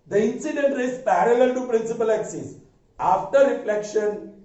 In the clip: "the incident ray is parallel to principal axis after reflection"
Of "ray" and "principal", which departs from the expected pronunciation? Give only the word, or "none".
none